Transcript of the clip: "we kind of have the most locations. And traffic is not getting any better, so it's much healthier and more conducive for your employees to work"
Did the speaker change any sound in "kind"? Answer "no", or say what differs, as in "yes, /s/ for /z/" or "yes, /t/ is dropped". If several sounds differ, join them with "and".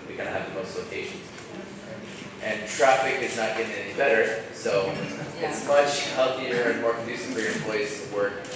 yes, /d/ is dropped